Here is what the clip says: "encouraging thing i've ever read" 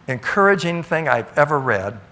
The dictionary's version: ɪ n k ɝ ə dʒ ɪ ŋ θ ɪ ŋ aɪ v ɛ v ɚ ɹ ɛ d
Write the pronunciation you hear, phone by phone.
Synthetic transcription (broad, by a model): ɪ n k ɝ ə dʒ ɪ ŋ θ ɪ ŋ aɪ v ɛ v ɚ ɹ ɛ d